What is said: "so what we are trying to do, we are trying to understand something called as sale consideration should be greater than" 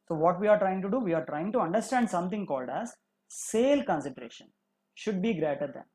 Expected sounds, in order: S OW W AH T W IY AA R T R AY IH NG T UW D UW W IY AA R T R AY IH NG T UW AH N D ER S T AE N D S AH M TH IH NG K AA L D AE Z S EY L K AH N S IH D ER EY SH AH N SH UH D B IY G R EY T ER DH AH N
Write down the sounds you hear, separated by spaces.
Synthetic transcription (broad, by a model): S OW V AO T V IY AA R T R AY IH NG T UW D UW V IY AA R T R AY IH NG T UW AH N D ER S T AE N D S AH M T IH NG K AA L D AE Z S EY L K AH N S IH D EY SH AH N SH UH D B IY G R EY T ER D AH N